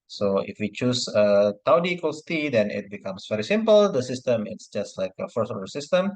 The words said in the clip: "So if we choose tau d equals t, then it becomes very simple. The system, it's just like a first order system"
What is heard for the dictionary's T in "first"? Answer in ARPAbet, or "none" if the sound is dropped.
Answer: none